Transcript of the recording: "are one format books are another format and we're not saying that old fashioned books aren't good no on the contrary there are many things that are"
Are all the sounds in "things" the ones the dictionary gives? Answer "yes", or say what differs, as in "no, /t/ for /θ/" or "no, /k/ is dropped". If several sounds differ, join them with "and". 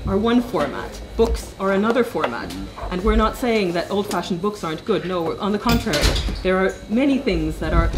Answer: yes